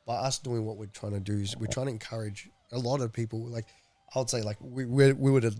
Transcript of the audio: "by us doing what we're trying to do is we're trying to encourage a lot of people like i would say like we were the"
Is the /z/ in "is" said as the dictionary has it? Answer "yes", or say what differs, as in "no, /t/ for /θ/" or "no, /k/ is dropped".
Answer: yes